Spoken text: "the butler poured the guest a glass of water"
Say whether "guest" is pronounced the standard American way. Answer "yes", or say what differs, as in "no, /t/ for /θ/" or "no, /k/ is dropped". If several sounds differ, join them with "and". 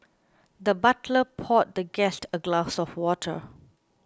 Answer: yes